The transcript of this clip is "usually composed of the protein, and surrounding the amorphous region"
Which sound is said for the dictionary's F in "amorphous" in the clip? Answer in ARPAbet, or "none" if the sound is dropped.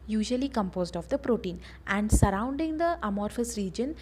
F